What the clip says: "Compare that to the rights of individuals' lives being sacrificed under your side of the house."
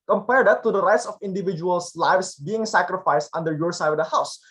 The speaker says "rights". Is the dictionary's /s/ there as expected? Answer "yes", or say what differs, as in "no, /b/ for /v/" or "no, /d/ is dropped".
yes